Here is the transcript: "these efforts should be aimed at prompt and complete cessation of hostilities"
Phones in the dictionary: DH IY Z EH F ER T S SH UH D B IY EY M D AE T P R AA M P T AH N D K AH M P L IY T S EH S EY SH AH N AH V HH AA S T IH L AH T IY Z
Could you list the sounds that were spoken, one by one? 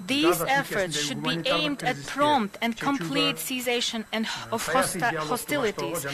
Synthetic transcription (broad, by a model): DH IY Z EH F ER T S SH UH D B IY EY M D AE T P R AA M P T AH N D K AH M P L IY T S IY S EY SH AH N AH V HH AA S T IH L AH T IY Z